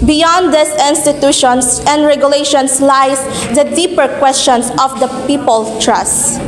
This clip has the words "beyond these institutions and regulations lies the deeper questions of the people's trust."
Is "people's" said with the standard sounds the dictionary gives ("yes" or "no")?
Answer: no